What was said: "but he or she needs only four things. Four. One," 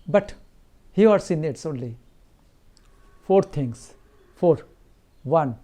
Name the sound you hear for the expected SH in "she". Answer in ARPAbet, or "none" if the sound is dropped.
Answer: S